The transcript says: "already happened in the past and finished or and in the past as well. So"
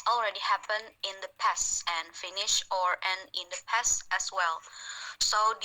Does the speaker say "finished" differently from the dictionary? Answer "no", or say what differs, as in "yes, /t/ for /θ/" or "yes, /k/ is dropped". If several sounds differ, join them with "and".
yes, /t/ is dropped